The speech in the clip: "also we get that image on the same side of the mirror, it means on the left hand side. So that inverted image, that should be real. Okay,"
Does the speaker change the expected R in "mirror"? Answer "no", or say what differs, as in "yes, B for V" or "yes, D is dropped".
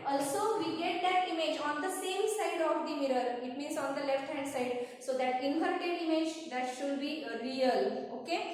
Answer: no